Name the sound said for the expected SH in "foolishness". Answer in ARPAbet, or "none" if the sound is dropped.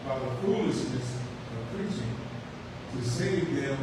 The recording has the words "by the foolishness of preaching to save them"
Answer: S